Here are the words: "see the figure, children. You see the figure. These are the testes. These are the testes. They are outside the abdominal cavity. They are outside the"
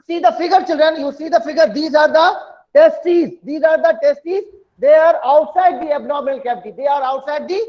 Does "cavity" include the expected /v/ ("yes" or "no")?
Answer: no